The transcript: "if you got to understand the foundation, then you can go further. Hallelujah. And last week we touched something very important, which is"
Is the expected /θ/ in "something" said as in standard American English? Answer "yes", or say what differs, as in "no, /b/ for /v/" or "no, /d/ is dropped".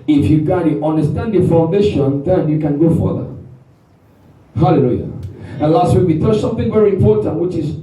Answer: yes